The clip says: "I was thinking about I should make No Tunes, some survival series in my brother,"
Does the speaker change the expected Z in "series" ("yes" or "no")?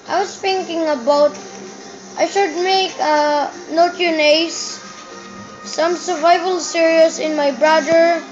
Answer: yes